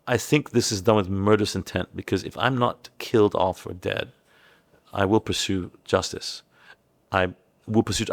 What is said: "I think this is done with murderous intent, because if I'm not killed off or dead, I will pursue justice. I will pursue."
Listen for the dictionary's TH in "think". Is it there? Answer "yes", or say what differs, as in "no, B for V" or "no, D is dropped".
yes